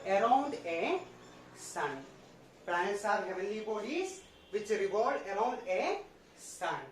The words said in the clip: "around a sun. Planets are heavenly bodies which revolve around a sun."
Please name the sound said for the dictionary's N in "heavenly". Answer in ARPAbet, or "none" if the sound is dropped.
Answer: none